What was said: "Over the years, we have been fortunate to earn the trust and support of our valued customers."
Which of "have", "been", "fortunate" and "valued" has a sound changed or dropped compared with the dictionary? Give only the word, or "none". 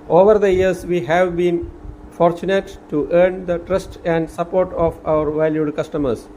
none